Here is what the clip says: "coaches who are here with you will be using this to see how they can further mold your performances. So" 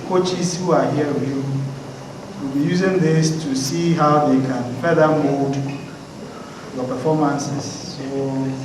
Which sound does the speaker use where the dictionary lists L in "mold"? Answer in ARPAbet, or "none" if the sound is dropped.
none